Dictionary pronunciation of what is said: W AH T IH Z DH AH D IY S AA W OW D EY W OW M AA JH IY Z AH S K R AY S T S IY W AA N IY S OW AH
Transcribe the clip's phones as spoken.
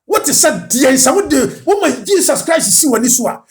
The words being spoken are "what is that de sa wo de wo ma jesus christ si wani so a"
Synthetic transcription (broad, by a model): W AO T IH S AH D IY S AA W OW D EY W OW M AA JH IY S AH S K R AY S S IY W AA N IY S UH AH